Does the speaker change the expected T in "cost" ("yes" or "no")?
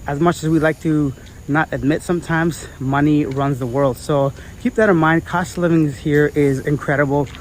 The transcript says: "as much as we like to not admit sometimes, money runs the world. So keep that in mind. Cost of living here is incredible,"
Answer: no